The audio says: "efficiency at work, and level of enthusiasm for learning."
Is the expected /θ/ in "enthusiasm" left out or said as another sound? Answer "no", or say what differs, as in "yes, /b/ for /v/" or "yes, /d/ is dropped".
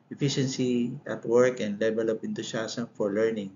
yes, /t/ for /θ/